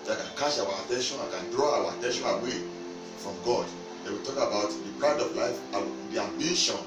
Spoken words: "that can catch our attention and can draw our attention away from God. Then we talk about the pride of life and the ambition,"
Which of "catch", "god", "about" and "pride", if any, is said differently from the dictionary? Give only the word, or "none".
catch